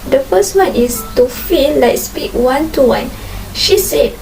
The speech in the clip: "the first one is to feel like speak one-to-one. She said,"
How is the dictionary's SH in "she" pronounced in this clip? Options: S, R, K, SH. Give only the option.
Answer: SH